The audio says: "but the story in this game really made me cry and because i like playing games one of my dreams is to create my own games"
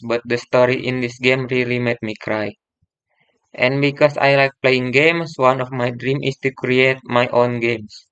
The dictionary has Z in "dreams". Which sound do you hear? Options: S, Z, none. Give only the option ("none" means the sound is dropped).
none